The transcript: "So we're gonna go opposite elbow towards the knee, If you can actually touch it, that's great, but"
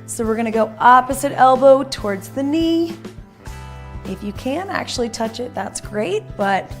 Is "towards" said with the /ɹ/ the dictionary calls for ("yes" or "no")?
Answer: yes